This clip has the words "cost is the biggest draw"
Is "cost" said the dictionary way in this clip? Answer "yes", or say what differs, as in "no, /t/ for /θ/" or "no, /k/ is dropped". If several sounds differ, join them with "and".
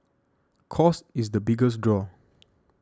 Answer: no, /t/ is dropped